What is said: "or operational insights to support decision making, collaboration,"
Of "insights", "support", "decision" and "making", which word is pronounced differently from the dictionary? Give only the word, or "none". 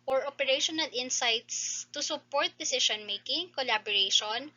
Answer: decision